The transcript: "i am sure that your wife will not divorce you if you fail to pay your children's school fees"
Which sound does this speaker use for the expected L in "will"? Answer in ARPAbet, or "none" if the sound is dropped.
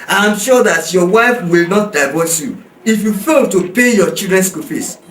L